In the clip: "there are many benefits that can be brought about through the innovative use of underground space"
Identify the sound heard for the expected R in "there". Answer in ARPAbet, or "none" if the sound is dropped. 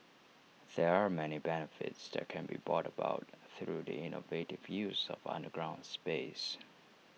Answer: R